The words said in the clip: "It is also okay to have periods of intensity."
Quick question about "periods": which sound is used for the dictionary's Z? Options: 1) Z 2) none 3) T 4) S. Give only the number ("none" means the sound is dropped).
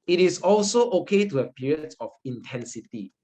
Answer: 2